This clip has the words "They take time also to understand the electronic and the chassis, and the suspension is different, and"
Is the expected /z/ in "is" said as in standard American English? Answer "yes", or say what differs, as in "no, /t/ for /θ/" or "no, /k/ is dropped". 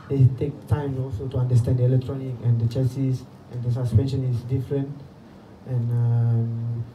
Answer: no, /s/ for /z/